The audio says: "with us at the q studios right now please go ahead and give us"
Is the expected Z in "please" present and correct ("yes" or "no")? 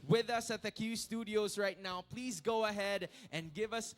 yes